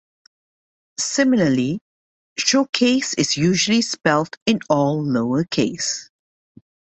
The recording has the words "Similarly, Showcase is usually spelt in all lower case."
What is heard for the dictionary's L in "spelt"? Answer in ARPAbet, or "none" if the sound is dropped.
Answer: L